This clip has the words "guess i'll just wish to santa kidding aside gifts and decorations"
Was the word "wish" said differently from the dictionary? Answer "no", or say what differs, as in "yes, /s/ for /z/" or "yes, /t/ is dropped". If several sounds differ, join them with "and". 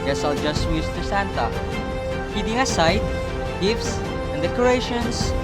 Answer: yes, /s/ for /ʃ/